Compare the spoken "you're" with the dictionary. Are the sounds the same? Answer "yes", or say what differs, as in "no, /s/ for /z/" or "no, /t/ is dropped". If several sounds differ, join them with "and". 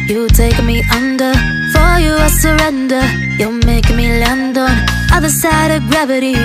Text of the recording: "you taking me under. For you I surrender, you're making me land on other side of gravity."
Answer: no, /l/ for /ɹ/